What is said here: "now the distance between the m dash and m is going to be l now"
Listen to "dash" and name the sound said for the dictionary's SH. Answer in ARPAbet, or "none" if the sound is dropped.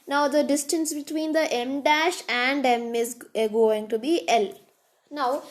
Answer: SH